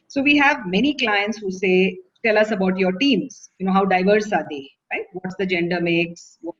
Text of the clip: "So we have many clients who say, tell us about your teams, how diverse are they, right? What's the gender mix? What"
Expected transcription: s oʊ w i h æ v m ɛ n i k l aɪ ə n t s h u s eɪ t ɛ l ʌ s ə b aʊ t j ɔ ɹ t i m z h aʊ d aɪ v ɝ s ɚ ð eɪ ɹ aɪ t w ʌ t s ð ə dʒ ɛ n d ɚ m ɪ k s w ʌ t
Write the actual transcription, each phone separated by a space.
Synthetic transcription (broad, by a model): s oʊ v i h æ v m ɛ n i k l aɪ ə n t s h u s eɪ t ɛ l ʌ s ə b aʊ t j ɔ ɹ t i m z h aʊ d aɪ v ɝ s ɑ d eɪ ɹ aɪ t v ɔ t s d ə dʒ ɛ n d ɚ m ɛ k s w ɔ